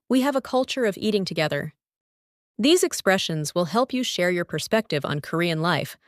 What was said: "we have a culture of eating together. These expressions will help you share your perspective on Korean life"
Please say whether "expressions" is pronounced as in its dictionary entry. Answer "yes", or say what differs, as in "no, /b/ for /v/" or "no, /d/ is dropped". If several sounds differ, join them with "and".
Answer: yes